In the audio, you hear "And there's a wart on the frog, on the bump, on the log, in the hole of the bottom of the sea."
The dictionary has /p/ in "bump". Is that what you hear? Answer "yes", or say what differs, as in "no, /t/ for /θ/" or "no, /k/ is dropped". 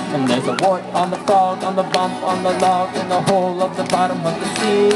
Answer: yes